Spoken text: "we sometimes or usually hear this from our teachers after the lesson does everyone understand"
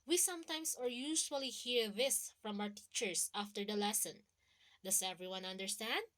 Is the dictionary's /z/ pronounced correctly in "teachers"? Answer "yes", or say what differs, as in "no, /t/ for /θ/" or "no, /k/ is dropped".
no, /s/ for /z/